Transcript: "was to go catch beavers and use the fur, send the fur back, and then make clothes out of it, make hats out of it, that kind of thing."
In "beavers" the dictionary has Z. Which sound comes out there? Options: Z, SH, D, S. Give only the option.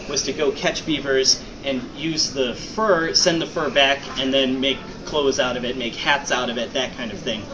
Z